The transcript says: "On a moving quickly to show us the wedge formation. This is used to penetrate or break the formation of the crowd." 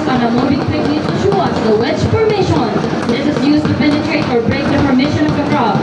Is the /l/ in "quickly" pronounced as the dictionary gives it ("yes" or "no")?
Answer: no